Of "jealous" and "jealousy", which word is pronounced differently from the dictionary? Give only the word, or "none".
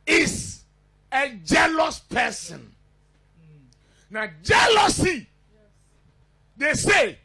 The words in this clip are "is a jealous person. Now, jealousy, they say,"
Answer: none